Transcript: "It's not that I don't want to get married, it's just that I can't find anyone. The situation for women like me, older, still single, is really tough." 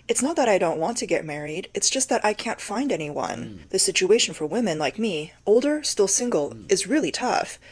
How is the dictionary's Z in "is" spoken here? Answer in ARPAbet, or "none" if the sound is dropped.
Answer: Z